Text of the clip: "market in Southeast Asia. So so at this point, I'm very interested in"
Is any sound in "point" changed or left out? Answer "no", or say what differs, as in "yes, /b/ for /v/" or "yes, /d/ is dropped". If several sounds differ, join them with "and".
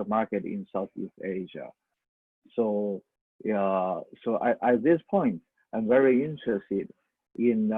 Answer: no